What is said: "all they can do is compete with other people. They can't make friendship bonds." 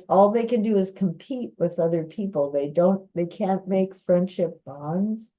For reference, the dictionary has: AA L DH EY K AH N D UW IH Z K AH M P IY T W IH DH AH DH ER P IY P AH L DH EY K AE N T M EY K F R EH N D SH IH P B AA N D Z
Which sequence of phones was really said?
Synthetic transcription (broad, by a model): AA L DH EY K AH N D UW IH Z K AH M P IY T W IH DH AH DH ER P IY P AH N DH EY K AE N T M EY K F R EH N D SH IH P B AA N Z